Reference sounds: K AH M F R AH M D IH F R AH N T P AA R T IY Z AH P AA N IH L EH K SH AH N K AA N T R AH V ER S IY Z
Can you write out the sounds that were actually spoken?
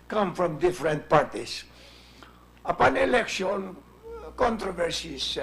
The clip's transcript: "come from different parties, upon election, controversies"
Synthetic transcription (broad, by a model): K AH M F R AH M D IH F R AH N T P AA R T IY S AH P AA N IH L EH K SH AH N K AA N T R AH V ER S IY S